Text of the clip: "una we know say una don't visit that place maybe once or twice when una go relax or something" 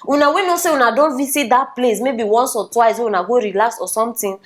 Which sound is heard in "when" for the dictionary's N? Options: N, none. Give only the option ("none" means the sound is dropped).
none